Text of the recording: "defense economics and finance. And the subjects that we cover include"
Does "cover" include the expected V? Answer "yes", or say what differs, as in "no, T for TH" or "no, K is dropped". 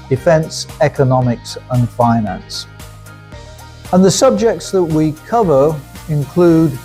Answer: yes